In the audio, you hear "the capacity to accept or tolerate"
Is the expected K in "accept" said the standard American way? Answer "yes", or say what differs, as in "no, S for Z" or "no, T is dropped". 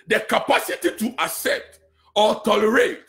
no, K is dropped